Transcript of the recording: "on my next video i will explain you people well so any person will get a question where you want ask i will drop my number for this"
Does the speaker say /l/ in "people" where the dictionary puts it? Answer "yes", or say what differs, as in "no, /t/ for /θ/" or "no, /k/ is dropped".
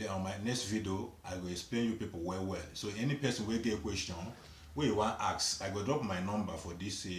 no, /w/ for /l/